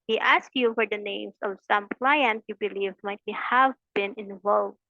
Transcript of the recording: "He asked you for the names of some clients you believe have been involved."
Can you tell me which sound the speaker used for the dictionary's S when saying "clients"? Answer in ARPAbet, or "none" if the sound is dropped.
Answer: none